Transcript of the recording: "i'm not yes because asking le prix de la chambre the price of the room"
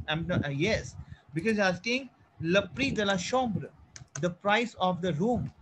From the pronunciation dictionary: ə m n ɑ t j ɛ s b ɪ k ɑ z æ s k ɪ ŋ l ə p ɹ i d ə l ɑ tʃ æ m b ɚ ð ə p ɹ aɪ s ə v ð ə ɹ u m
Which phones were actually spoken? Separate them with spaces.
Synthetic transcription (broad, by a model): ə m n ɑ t j ɛ s b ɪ k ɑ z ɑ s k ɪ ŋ l ə p ɹ i d ə l ɑ ʃ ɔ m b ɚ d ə p ɹ aɪ s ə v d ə ɹ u m